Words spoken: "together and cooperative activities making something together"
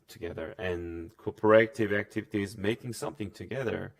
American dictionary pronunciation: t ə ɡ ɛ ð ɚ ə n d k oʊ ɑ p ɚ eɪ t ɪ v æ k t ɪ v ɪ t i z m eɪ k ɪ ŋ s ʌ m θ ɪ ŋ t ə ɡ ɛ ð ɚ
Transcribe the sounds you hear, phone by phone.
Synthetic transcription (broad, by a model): t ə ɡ ɛ ð ɚ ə n k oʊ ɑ p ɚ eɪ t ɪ v æ k t ɪ v ɪ t i z m eɪ k ɪ ŋ s ʌ m θ ɪ ŋ t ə ɡ ɛ ð ɚ